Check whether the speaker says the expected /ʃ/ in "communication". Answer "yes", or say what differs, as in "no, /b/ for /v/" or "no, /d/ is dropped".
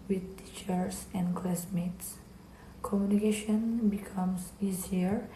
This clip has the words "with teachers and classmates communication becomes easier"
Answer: yes